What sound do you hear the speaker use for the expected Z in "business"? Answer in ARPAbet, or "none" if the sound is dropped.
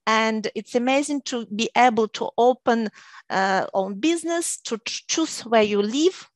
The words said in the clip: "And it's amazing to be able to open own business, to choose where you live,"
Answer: Z